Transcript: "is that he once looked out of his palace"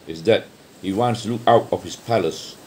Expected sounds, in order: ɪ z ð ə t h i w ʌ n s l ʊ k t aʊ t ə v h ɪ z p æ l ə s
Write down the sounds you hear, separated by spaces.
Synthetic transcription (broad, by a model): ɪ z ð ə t h i w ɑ n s l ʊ k aʊ t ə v h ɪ s p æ l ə s